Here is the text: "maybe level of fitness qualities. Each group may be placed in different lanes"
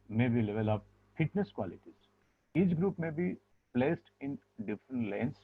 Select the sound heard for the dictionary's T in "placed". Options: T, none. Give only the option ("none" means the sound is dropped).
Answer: T